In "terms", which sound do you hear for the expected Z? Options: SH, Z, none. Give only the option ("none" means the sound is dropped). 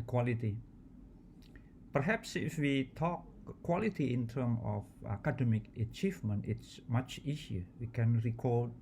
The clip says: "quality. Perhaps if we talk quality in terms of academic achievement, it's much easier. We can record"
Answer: none